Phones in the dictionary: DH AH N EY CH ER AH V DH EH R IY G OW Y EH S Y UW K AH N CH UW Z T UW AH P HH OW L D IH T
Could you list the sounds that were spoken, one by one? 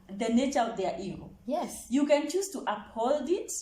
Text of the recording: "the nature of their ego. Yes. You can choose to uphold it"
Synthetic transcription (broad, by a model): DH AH N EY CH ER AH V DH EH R IY G OW Y EH S Y UW K AH N CH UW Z T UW AH P HH OW L D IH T